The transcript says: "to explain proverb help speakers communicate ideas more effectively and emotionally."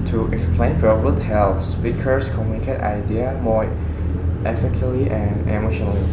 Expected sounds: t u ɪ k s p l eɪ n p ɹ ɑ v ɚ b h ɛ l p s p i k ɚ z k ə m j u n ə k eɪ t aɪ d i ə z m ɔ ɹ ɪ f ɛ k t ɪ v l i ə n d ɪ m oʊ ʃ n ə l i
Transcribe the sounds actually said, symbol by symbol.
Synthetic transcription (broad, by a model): t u ɪ k s p l eɪ n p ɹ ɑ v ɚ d h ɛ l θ s p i k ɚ s k ə m j u n ə k eɪ t aɪ d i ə m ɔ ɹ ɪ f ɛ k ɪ l i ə n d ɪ m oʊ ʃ n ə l i